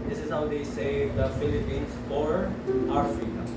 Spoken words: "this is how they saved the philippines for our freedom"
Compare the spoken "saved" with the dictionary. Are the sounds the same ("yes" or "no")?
no